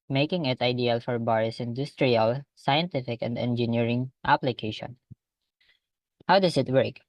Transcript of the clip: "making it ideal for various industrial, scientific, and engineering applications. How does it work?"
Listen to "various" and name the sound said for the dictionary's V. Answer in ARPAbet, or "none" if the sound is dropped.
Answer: B